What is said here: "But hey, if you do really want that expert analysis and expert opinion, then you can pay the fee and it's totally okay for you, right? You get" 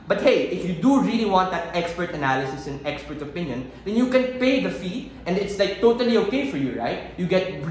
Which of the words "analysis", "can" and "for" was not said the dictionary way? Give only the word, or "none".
none